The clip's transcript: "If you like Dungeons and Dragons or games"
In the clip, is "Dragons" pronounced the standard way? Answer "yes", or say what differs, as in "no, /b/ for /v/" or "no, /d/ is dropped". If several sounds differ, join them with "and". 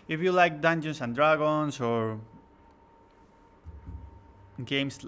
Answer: no, /s/ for /z/